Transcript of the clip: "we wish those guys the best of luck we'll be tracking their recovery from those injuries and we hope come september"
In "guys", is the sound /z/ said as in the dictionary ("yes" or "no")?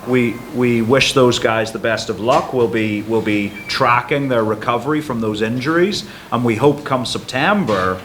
yes